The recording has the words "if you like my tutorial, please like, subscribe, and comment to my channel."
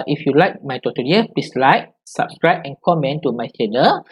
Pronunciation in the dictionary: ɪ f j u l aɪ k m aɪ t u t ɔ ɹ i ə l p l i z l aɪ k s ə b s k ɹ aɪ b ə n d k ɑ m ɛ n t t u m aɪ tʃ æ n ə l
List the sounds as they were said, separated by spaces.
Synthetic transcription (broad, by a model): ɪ f j u l aɪ k m aɪ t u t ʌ i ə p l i s l aɪ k s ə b s k ɹ aɪ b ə n k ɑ m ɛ n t t u m aɪ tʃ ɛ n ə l